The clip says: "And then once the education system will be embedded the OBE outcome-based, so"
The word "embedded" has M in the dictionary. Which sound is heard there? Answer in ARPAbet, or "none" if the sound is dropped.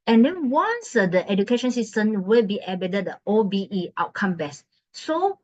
none